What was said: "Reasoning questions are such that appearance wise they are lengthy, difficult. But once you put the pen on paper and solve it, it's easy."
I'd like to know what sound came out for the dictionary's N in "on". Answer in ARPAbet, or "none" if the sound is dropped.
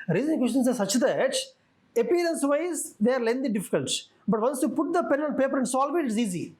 L